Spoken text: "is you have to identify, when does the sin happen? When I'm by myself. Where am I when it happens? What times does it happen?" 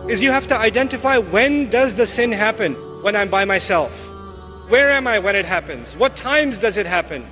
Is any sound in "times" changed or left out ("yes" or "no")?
no